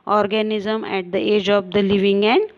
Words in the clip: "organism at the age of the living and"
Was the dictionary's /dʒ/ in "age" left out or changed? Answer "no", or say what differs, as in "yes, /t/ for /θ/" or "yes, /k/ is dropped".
no